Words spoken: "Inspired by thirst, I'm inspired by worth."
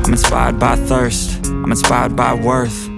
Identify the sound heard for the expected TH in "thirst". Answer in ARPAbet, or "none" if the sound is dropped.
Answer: TH